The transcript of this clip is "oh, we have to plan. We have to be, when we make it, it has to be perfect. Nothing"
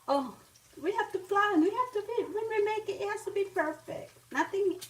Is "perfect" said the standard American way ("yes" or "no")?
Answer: yes